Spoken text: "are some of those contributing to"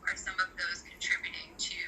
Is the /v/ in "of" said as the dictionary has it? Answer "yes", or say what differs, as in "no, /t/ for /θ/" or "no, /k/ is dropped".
yes